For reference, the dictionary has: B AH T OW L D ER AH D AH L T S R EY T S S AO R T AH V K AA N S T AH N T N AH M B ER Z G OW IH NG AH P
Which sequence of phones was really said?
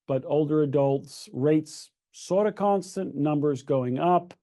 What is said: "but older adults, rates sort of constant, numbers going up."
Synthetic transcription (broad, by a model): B AH T OW L D ER AH D AH L T S R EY T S S AO R T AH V K AA N S T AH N N AH M B ER Z G OW IH NG AH P